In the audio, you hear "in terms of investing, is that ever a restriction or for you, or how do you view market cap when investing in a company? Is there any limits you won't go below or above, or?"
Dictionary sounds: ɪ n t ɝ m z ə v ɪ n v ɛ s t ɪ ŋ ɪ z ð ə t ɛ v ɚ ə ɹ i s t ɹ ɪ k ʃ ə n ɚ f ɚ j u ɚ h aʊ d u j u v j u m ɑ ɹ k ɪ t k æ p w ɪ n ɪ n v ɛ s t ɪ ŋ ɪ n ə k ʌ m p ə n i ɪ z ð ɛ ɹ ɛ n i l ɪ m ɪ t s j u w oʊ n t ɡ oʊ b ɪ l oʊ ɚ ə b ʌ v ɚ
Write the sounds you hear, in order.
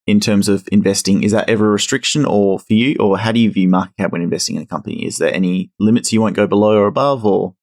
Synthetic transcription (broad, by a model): ɪ n t ɝ m z ə v ɪ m v ɛ s t ɪ ŋ ɪ z ð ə t ɛ v ɚ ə ɹ i s t ɹ ɪ k ʃ ə n ɚ f ɚ j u ɚ h aʊ d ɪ j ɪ v j u m ɑ ɹ k ɪ t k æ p w ɪ n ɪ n v ɛ s t ɪ ŋ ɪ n ə k ʌ m p ə n i ɪ z ð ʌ ɹ ɛ n i l ɪ m ɪ t s j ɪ w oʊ n ɡ oʊ b ɪ l oʊ ɚ ə b ʌ v ɚ